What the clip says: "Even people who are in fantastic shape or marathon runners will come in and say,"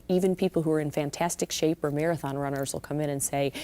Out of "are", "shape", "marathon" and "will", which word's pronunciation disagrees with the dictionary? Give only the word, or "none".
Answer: none